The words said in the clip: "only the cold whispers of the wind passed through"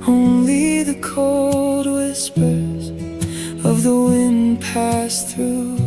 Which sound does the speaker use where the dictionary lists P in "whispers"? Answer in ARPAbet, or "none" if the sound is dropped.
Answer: P